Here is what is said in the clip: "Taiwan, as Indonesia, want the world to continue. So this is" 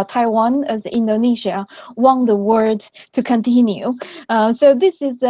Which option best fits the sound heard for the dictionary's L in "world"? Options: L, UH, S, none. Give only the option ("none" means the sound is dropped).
none